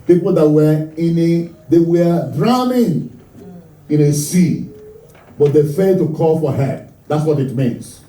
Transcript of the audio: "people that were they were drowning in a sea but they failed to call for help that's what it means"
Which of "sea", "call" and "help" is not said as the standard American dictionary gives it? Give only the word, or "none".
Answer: help